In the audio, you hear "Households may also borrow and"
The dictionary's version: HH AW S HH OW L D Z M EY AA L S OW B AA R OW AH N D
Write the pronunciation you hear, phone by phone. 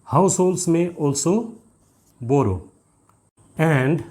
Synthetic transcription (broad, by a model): HH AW S HH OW L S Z M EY AA L S OW B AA R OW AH N D